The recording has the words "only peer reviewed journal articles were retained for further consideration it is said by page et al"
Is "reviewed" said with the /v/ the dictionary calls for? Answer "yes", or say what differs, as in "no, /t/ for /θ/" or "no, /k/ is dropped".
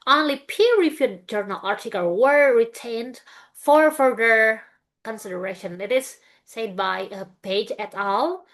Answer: no, /f/ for /v/